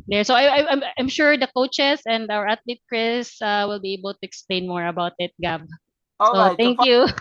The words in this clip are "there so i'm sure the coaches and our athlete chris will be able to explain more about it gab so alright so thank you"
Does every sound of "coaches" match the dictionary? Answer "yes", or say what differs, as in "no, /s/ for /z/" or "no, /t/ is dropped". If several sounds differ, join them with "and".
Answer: no, /s/ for /z/